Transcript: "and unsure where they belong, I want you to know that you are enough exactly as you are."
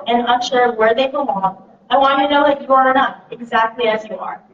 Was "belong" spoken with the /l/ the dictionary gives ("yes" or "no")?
no